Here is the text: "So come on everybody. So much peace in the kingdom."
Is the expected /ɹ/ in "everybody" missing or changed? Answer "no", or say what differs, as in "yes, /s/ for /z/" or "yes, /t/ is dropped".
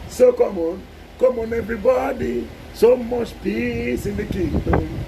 no